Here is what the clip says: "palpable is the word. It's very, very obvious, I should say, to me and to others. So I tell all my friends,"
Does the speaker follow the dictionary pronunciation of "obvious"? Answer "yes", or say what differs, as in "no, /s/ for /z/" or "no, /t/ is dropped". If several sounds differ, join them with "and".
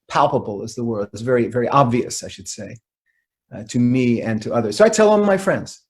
yes